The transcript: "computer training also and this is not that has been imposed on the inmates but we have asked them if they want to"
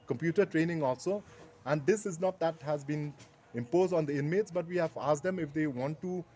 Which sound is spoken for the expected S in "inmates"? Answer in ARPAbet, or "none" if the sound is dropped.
S